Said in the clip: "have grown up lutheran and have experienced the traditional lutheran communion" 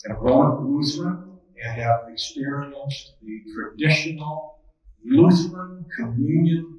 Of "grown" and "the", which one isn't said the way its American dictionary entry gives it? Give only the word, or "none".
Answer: grown